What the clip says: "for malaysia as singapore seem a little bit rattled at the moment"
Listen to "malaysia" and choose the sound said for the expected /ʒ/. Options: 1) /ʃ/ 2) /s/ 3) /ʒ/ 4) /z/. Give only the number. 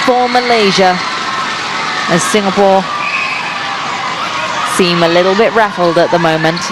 3